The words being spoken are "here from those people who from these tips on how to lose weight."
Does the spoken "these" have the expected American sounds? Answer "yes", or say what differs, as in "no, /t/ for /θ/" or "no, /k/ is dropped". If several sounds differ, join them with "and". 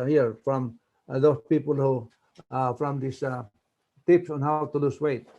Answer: no, /s/ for /z/